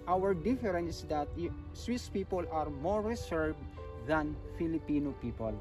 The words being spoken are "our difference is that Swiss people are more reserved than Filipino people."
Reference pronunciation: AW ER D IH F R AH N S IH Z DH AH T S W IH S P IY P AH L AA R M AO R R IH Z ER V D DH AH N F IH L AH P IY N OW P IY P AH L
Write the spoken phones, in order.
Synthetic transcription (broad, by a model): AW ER D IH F R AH N S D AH T S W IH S P IY P AH L AA R M AO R R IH S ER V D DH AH N F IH L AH P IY N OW P IY P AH L